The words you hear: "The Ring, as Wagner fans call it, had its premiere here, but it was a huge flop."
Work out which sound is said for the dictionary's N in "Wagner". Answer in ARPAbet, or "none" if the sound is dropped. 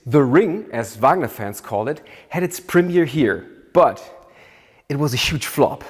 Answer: N